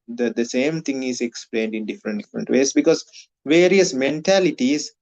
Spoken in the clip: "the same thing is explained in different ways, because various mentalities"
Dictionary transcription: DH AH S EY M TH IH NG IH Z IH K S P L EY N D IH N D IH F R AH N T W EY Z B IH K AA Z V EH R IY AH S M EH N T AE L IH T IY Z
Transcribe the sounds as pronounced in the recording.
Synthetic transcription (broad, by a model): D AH S EY M T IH NG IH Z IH K S P L EY N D IH N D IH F R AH N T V EY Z B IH K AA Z V EH R IY AH S M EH N T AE L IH T IY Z